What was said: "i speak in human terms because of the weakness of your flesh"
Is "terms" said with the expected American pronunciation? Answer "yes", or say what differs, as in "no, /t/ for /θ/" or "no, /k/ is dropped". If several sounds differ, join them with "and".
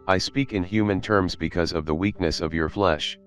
yes